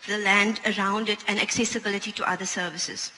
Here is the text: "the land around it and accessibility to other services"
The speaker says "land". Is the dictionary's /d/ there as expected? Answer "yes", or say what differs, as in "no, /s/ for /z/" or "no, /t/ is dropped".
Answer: yes